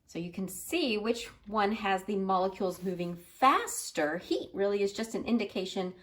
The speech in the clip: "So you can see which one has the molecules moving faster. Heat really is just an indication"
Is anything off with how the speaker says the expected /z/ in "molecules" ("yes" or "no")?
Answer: no